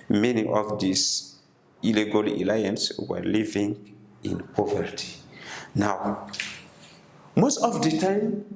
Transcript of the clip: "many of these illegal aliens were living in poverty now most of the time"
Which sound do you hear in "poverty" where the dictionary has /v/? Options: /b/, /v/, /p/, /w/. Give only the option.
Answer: /v/